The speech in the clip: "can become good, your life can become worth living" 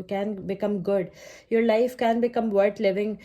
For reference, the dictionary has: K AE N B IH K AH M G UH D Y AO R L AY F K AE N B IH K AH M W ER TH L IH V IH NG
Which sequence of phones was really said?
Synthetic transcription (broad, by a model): K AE N B IH K AH M G UH D Y AO R L AY F K AE N B IH K AH M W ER T L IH V IH NG